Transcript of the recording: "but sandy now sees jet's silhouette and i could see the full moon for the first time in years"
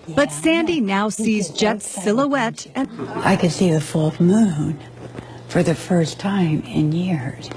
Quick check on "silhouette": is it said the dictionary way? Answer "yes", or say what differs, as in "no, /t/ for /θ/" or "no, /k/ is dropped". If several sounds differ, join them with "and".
yes